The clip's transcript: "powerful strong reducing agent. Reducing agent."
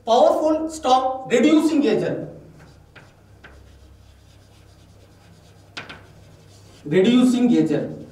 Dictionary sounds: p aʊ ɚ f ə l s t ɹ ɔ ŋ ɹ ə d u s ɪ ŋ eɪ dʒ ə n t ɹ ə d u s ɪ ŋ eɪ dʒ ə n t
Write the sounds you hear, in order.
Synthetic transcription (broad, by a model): p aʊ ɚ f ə l s t ɔ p ɹ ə d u s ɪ ŋ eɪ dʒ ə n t ɹ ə d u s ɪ ŋ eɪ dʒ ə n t